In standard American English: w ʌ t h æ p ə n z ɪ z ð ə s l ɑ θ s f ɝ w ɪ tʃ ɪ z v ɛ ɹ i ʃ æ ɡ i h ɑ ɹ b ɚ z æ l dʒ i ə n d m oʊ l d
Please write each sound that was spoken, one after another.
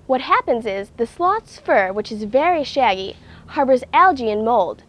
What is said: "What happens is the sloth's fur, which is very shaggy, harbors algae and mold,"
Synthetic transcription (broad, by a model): w ʌ t h æ p ə n z ɪ z ð ə s l ɑ t s f ɝ w ɪ tʃ ɪ z v ɛ ɹ i ʃ æ ɡ i h ɑ ɹ b ɚ z æ l dʒ i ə n m oʊ l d